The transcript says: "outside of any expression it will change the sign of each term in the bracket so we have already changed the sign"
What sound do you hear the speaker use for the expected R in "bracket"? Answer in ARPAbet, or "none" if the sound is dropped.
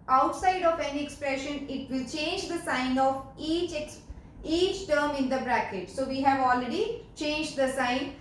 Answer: R